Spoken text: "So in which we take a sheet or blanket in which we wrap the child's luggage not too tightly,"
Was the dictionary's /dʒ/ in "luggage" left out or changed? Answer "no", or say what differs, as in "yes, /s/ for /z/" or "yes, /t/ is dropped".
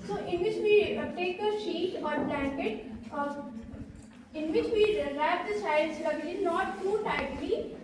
yes, /z/ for /dʒ/